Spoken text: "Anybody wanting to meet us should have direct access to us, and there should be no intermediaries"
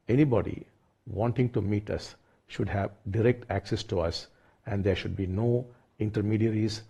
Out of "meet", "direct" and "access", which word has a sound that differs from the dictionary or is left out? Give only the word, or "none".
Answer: none